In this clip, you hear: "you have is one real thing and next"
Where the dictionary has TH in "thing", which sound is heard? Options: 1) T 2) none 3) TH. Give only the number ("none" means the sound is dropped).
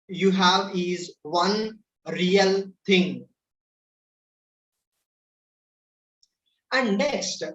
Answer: 1